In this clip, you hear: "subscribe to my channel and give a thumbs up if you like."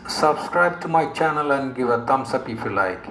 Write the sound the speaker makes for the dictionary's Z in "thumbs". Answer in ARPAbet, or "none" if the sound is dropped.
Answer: S